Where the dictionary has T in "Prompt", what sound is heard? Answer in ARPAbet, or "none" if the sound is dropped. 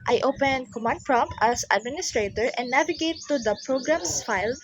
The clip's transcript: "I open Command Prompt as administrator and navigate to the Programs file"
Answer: none